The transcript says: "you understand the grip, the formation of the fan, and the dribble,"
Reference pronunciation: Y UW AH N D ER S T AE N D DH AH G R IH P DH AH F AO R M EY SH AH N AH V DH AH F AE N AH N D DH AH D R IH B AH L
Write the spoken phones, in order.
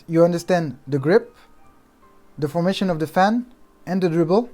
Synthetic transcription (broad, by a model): Y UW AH N D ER S T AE N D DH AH G R IH P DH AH F AO R M EY SH AH N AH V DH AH F AE N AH N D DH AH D R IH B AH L